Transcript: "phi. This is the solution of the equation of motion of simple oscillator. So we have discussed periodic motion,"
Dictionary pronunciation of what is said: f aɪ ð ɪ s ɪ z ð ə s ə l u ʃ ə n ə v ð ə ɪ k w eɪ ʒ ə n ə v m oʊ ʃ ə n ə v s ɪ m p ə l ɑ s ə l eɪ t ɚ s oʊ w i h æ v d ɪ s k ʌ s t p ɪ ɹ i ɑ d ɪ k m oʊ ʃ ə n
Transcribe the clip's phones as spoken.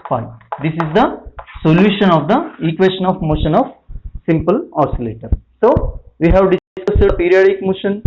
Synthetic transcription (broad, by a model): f aɪ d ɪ s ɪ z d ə s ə l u ʃ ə n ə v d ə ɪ k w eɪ ʃ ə n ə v m oʊ ʃ ə n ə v s ɪ m p ə l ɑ s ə l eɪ t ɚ s oʊ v i h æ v d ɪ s ɑ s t p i ɹ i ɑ d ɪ k m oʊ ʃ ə n